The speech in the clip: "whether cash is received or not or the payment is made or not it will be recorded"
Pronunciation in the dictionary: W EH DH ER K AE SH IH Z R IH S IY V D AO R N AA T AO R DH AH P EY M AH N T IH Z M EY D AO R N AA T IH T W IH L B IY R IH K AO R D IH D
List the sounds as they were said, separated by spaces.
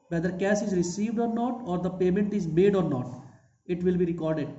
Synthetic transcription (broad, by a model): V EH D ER K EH S IH Z R IH S IY V D AO R N AA T AO R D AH P EY M AH N T IH Z M EY D AO R N AA T IH T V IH L B IY R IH K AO R D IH D